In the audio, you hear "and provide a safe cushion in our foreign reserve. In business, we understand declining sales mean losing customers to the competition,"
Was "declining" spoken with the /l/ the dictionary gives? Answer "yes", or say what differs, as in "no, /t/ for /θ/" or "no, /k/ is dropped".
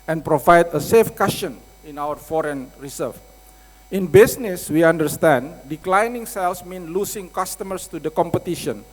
yes